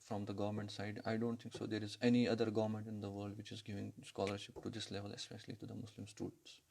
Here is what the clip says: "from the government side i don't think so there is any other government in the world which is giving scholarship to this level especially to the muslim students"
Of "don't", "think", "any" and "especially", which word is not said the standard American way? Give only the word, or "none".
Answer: think